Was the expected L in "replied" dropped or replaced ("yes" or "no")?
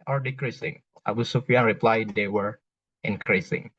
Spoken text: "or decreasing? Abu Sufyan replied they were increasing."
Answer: no